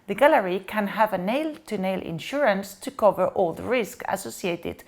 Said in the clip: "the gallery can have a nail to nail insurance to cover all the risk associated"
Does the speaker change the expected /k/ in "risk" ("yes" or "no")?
no